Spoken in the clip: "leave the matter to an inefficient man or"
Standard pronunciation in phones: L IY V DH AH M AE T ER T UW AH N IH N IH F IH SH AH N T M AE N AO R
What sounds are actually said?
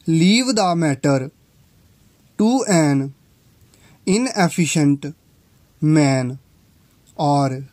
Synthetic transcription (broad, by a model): L IY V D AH M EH T ER T UW AH N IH N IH P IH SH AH N T M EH N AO R